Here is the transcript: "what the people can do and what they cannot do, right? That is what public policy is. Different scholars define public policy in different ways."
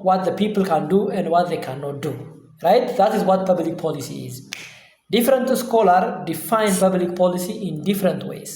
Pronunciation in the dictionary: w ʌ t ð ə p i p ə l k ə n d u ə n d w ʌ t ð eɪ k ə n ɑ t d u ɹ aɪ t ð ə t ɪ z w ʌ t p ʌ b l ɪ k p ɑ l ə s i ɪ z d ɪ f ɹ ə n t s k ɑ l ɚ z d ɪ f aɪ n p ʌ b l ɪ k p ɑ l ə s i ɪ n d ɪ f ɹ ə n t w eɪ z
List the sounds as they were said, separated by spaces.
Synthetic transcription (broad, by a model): w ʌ t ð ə p i p ə l k ə n d u ə n d w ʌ t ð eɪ k ə n ɑ t d u ɹ aɪ t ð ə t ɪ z w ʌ t p ʌ b l ɪ k p ɑ l ə s i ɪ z d ɪ f ɹ ə n t s k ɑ l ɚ d ɪ f aɪ n p ʌ b l ɪ k p ɑ l ə s i ɪ n d ɪ f ɹ ə n t w eɪ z